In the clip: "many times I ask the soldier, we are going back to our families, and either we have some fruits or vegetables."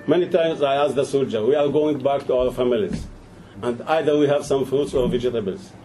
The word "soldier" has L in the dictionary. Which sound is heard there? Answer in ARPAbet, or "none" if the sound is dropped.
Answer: L